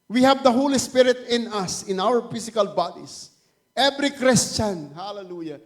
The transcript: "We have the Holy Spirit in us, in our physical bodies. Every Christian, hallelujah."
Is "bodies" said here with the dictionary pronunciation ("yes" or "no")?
no